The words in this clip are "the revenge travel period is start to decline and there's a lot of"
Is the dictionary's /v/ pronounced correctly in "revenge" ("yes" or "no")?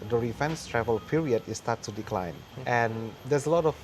no